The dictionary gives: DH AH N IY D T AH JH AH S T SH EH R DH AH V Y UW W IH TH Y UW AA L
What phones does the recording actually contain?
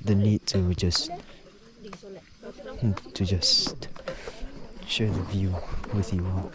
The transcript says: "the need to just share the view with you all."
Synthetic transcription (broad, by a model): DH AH N IY D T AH JH AH S T SH EH R DH AH V Y UW W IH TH Y UW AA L